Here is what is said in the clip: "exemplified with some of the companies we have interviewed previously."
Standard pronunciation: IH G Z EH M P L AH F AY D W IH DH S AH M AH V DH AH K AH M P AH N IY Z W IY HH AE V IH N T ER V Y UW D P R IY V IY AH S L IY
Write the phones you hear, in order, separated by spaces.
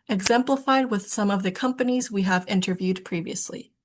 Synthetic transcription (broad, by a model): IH G Z EH M P L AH F AY D W IH DH S AH M AH V DH AH K AH M P AH N IY Z W IY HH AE V IH N T ER V Y UW D P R IY V IY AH S L IY